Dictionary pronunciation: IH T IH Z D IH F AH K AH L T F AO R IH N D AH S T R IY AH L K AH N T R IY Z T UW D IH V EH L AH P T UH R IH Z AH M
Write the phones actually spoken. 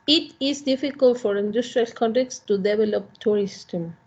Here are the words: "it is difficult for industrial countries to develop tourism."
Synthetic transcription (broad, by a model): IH T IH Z D IH F AH K AH L T F AO R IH N D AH S T R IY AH L K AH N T IY S T UW D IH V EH L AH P T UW R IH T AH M